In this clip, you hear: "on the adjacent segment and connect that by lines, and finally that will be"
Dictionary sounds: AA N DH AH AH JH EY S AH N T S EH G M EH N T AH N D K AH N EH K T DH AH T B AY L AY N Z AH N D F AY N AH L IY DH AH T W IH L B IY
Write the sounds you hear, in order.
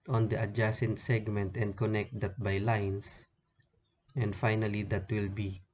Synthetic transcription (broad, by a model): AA N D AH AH JH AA S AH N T S EH G M EH N T AH N D K AH N EH K T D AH T B AY L AY N S AH N D F AY N AH L IY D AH T W IH L B IY